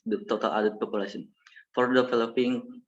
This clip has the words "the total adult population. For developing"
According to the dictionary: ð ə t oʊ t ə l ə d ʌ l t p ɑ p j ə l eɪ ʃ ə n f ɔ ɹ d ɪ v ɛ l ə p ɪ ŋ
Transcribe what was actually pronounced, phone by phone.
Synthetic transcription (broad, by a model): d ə t oʊ t ə l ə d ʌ t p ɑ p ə l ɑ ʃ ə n f ɔ ɹ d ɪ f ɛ l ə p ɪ ŋ